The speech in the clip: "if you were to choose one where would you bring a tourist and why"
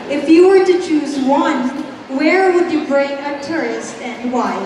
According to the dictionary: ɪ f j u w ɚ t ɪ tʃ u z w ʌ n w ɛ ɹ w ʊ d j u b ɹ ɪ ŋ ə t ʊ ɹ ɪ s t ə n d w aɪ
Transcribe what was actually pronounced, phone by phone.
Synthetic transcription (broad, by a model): ɪ f j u w ɚ t ɪ tʃ u z w ʌ n w ɛ ɹ w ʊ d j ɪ b ɹ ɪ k ə t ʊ ɹ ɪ s t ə n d w aɪ